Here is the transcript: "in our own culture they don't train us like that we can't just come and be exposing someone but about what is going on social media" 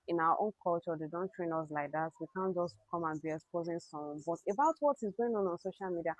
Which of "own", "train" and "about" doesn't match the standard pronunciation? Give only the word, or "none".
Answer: none